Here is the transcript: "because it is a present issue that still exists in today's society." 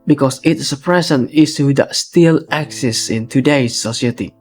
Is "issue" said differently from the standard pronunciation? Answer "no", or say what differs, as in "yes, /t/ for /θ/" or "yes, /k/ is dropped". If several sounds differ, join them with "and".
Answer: yes, /s/ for /ʃ/